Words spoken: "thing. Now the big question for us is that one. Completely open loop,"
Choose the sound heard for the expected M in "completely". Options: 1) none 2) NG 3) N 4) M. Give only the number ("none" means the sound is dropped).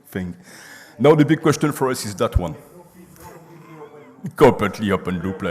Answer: 1